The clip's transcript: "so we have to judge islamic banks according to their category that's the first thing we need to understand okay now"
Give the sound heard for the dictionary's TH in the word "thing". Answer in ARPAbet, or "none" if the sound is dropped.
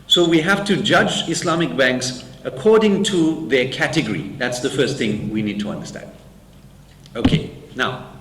TH